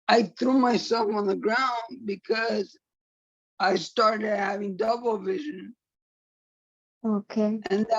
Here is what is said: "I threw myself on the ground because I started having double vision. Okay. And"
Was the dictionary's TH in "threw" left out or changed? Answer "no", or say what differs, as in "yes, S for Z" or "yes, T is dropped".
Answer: no